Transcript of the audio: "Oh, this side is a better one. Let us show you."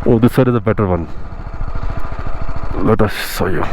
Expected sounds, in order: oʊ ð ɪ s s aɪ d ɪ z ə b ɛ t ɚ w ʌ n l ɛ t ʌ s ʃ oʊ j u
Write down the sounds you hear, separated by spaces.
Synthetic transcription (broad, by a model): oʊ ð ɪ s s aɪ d ɪ z ə b ɛ t ɚ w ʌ n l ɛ t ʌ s s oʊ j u